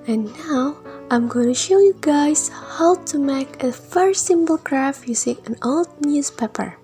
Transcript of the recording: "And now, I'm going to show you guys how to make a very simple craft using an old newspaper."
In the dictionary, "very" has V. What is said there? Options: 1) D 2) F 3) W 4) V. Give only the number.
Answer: 2